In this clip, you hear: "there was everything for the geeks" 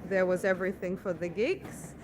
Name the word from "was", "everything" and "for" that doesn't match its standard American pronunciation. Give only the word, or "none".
none